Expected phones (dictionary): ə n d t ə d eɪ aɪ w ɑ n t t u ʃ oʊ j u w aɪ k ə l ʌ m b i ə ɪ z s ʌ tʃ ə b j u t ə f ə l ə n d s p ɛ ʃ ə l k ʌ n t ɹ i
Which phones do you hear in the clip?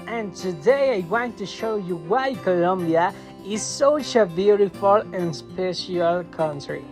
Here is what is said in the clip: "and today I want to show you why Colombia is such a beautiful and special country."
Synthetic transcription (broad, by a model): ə n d t ə d eɪ aɪ w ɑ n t t u ʃ oʊ j u w aɪ k ə l ʌ m b i ə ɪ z s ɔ ʃ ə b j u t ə f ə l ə n s p ɛ ʃ ə l k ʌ n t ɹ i